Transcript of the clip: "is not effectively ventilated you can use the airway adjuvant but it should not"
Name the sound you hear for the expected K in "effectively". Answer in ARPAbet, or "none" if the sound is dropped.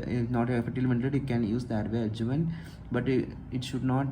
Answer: none